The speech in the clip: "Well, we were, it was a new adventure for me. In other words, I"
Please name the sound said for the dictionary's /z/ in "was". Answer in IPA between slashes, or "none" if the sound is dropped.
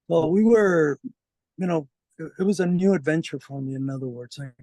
/z/